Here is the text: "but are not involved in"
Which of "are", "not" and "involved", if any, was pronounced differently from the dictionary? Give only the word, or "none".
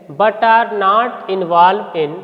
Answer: involved